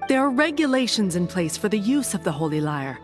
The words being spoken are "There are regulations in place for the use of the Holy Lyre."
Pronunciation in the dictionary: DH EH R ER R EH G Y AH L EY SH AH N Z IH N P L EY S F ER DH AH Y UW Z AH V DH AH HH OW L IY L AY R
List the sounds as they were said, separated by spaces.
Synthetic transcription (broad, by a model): DH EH R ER R EH G Y AH L EY SH AH N Z IH N P L EY S F ER DH AH Y UW Z AH V DH AH HH OW L IY L AY R